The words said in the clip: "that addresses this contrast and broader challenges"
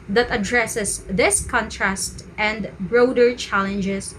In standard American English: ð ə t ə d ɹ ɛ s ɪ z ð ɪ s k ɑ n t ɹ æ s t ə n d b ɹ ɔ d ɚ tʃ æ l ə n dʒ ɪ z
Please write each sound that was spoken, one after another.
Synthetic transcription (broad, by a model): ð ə t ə d ɹ ɛ s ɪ s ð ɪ s k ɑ n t ɹ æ s t ə n d b ɹ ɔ d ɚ tʃ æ l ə n dʒ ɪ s